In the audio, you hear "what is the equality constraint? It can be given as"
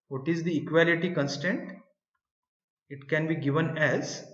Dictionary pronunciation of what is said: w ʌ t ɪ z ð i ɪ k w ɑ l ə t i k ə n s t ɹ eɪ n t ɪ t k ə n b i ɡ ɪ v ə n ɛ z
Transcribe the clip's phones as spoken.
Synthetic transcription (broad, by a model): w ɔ t ɪ z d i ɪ k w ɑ l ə t i k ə n s t eɪ n t ɪ t k ə n b i ɡ ɪ v ə n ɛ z